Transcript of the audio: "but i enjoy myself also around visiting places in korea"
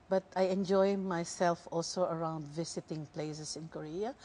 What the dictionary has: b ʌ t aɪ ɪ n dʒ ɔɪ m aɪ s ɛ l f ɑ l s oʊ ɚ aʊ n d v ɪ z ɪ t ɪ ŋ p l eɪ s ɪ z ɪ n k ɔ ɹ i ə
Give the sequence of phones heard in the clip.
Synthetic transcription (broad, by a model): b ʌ t aɪ ɪ n dʒ ɔɪ m aɪ s ɛ l f ɑ l s oʊ ɚ aʊ n d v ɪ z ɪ t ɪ ŋ p l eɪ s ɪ s ɪ n k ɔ ɹ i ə